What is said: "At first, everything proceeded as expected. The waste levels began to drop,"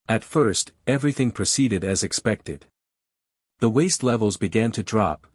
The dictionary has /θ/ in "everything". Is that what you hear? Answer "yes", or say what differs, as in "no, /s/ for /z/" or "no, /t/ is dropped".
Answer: yes